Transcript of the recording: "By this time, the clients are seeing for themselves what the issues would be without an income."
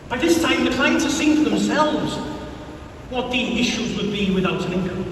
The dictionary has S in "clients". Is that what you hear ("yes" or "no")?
no